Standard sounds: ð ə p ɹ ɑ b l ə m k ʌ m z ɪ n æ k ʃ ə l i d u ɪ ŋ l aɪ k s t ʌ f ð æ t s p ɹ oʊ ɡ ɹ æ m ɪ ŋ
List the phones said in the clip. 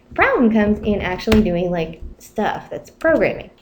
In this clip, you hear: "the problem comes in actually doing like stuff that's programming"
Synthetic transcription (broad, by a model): p ɹ ɑ b l ə m k ʌ m z ɪ n æ k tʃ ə l i d u ɪ ŋ l aɪ k s t ʌ f ð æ t s p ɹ oʊ ɡ ɹ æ m ɪ ŋ